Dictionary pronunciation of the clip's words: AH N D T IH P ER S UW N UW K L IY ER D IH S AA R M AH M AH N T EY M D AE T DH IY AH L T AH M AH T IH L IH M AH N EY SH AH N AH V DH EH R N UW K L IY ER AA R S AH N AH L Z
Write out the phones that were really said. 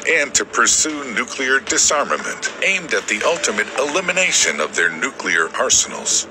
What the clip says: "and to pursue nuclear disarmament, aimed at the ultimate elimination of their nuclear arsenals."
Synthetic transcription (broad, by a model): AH N T IH P ER S UW N UW K L IY ER D IH S AA R M AH M AH N T EY M D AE T DH IY AH L T AH M AH T IH L IH M AH N EY SH AH N AH V DH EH R N UW K L IY ER AA R S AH N L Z